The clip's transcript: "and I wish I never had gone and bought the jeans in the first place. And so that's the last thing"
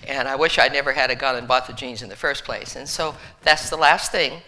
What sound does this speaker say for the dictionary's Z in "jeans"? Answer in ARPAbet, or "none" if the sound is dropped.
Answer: Z